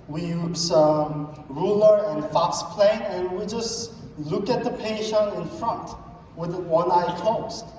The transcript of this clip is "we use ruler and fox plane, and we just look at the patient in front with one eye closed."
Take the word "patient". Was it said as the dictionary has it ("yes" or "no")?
no